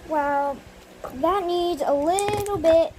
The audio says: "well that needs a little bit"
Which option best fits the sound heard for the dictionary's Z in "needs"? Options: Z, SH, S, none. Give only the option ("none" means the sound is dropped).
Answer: Z